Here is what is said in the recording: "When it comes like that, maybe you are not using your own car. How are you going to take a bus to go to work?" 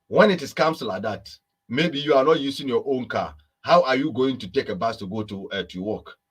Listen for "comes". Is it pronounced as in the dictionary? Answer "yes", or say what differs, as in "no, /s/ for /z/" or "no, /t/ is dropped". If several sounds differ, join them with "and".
no, /s/ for /z/